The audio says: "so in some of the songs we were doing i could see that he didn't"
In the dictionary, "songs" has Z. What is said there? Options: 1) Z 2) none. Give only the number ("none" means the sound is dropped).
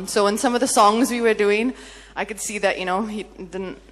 1